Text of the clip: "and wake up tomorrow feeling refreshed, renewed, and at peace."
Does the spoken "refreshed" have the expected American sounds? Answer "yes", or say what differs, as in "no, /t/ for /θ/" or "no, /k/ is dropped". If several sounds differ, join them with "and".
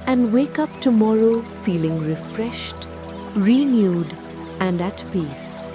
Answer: yes